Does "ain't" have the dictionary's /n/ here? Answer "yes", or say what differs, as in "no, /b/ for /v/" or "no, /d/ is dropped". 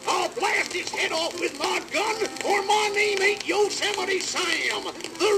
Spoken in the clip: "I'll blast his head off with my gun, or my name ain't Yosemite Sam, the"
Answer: no, /n/ is dropped